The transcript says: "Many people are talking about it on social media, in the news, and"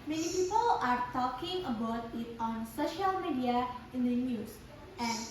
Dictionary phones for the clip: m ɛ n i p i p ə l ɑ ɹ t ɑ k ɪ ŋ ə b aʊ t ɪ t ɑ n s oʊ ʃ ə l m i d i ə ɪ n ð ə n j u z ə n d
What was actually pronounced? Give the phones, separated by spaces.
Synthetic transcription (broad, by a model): m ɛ n i p i p ə l ɑ ɹ t ɑ k ɪ ŋ ə b aʊ t ɪ t ɑ n s oʊ ʃ ə l m i d i ə ɪ n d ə n j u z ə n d